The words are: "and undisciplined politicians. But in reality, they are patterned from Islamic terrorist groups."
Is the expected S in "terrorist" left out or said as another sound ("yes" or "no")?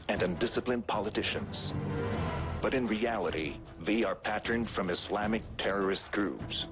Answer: no